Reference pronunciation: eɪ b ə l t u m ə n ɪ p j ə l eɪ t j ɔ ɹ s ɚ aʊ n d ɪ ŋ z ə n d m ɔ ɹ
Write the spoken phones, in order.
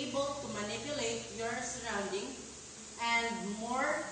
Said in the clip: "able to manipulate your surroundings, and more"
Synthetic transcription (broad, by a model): b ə l t u m ə n ɪ p j ə l eɪ t j ɔ ɹ s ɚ aʊ n d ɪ ŋ ə n d m ɔ ɹ